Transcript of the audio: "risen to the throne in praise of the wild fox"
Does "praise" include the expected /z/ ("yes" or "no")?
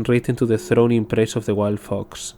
no